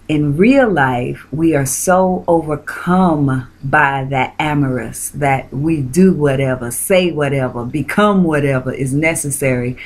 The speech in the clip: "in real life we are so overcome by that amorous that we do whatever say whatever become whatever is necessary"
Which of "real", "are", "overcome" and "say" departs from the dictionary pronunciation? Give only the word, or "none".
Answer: none